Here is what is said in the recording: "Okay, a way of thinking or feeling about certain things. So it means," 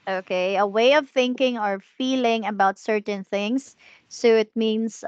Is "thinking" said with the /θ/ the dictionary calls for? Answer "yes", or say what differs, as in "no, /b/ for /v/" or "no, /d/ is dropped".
yes